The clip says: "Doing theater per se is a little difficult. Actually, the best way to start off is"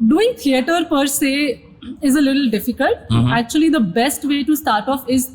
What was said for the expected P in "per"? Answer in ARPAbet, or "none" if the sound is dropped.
P